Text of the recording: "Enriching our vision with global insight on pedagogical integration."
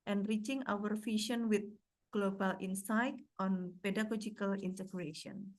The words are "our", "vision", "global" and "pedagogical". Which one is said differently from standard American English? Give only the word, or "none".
vision